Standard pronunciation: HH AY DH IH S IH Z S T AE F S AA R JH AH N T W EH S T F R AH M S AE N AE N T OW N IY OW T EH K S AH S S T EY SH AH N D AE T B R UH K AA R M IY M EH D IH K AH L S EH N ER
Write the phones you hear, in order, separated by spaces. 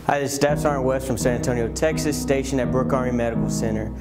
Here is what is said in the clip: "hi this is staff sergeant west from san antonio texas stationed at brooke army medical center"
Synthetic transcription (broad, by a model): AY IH IH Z S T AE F S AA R AH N W EH S T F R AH M S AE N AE N T OW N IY OW T EH K S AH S S T EY SH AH N IH T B R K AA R IY M EH D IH K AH L S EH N ER